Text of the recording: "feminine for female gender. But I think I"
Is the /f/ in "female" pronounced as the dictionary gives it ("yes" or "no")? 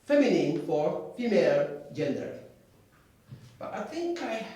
yes